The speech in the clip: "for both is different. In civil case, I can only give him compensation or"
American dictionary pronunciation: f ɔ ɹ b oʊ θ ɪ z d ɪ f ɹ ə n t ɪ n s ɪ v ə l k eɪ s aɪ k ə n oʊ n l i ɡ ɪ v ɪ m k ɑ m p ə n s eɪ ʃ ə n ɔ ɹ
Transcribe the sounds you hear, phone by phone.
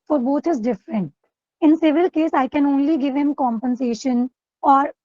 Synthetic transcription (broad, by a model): f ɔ ɹ b oʊ t ɪ z d ɪ f ɹ ə n t ɪ n s ɪ v ə l k eɪ s aɪ k ə n oʊ n l i ɡ ɪ v ɪ m k ɑ m p ə n s eɪ ʃ ə n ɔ ɹ